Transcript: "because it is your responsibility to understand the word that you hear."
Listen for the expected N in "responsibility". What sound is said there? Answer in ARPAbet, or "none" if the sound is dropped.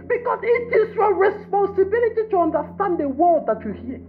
N